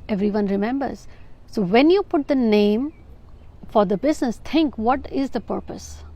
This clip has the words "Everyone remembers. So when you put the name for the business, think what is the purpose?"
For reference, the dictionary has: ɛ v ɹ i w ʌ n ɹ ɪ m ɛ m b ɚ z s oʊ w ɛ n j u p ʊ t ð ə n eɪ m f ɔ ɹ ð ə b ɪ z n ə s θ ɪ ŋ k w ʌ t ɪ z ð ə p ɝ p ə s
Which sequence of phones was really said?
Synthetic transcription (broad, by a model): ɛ v ɹ i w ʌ n ɹ ɪ m ɛ m b ɚ z s oʊ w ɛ n j u p ʊ t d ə n eɪ m f ɔ ɹ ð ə b ɪ z n ə s t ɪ ŋ k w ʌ t ɪ z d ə p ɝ p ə s